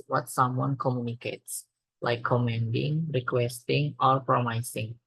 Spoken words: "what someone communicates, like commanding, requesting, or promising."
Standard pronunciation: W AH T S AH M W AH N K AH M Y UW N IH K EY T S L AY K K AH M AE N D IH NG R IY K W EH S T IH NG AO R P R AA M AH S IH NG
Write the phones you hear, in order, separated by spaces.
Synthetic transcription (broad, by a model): W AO T S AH M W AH N K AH M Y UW N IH K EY T S L AY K K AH M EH N D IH NG R IY K W EH S T IH NG AO R P R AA M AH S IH NG